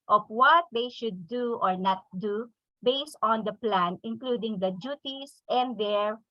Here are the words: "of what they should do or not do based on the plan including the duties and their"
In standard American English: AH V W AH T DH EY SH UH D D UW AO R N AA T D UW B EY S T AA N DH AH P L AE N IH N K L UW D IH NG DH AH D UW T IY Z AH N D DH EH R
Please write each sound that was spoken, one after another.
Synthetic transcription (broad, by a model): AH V W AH T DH EY SH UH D D UW AO R N AA T D UW B EY S T AA N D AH P L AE N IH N K L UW D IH NG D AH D UW T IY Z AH N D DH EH R